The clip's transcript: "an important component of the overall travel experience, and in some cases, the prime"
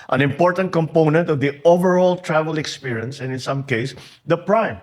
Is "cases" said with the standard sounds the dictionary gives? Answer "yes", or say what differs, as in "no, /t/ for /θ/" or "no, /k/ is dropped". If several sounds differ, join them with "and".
no, /s/ is dropped